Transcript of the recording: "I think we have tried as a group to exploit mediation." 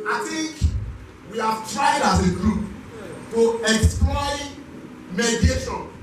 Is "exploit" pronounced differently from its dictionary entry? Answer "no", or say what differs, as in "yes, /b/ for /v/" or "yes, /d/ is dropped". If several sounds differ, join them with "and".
no